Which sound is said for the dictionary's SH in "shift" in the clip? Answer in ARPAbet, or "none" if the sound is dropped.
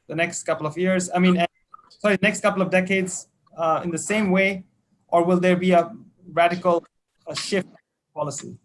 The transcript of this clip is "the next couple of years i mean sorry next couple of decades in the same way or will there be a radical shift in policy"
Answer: SH